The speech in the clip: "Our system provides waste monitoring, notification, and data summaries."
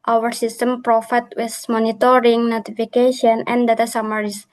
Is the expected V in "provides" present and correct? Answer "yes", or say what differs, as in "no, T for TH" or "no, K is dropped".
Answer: no, F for V